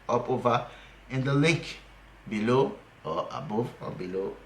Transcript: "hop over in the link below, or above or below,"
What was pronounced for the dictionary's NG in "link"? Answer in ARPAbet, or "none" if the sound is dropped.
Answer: none